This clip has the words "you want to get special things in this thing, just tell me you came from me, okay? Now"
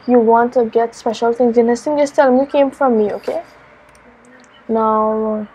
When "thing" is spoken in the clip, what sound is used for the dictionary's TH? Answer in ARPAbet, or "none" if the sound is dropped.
T